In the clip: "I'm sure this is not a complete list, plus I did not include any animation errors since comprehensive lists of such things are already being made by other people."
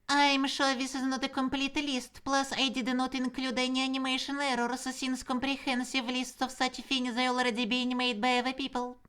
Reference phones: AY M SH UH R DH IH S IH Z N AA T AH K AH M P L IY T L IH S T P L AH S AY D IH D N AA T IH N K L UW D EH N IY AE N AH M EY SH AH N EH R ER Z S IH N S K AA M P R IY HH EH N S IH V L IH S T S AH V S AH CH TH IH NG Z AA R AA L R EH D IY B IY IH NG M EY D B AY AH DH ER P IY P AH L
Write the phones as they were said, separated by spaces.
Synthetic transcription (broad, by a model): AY M SH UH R DH IH S IH Z N AA T AH K AH M P L IY T L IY S T P L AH S AY D IH D N AA T IH N K L UW D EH N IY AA N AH M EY SH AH N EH R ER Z S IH N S K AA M P R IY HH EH N S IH V L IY S T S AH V S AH CH F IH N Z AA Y AA L R EH D IY B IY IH M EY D B AY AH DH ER P IY P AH L